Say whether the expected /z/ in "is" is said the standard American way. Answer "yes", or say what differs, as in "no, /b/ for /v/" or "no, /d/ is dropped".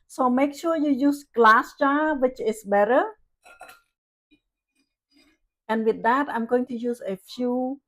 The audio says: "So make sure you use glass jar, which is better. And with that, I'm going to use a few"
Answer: no, /s/ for /z/